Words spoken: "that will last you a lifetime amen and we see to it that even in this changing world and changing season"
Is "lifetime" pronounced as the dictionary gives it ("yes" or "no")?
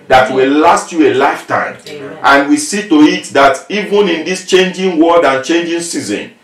no